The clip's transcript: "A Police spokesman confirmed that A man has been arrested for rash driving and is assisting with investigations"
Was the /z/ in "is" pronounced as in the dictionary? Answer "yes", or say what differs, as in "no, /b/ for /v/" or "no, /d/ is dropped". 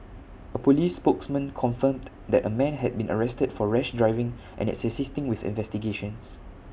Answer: no, /s/ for /z/